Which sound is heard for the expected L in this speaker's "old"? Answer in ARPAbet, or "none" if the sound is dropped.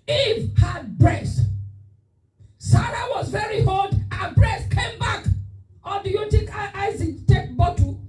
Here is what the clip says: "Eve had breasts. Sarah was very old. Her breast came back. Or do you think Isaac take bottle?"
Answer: none